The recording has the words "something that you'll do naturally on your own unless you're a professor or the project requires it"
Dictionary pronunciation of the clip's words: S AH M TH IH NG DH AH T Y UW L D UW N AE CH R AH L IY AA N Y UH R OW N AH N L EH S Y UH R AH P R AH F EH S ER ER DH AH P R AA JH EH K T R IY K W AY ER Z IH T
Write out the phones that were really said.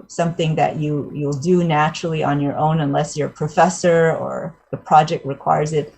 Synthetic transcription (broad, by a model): S AH M TH IH NG DH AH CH Y UW L D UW N AE CH R L IY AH N Y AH R OW N AH N L EH S Y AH R P R AH F EH S ER ER DH AH P R AA JH EH K T R IY K W AY ER Z IH T